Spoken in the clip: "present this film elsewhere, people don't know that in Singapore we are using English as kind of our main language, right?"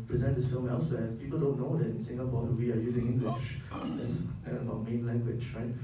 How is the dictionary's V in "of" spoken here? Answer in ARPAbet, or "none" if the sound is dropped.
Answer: B